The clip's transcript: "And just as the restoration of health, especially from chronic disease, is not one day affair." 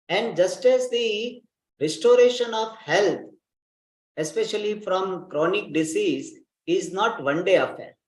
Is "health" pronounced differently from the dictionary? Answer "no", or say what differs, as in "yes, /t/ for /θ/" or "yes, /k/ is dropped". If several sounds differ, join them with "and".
yes, /t/ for /θ/